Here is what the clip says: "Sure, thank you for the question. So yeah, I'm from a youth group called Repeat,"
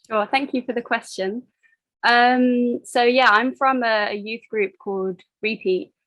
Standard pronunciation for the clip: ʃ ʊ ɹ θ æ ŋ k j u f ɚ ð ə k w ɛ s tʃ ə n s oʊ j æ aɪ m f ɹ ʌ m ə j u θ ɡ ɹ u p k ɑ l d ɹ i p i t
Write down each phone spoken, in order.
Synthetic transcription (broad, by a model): ʃ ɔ θ æ ŋ k j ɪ f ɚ ð ə k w ɛ s tʃ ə n s oʊ j æ aɪ m f ɹ ʌ m ə j u θ ɡ ɹ u p k ɑ l d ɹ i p i t